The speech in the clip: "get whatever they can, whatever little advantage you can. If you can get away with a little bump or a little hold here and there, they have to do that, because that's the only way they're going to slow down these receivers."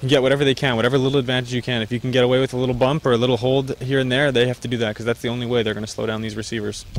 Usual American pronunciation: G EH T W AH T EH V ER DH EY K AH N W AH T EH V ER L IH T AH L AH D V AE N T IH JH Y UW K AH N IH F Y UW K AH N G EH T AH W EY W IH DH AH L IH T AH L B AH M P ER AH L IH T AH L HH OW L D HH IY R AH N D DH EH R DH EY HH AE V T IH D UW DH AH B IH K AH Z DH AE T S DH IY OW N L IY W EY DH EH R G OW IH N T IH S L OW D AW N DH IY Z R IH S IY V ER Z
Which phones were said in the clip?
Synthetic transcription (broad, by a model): G EH T W AH T EH V ER DH EY K AH N W AH T EH V ER L IH T L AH D V AE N T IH JH Y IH K AH N IH F Y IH K N G EH T AH W EY W IH DH AH L IH T L B AH M P ER AH L IH T L HH OW L D HH IY R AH N DH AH R DH EY HH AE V T IH D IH DH AH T K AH Z DH AE T S DH IY OW N L IY W EY DH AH R G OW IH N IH S L OW D AW N DH IY Z R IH S IY V ER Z